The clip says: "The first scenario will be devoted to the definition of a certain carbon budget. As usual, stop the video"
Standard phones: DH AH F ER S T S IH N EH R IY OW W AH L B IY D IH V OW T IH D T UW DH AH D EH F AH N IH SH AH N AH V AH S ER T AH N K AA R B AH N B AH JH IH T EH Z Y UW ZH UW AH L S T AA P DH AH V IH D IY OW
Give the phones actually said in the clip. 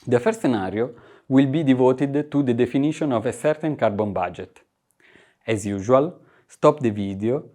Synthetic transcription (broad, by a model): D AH F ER T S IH N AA R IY OW W AH L B IY D IH V OW T IH D T UW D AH D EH F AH N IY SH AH N AH V AH S ER T AH N K AA R B AH N B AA JH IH T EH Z Y UW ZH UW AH L S T AA P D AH V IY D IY OW